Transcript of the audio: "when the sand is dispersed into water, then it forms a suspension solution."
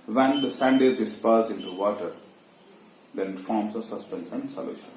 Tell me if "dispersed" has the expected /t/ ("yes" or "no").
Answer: no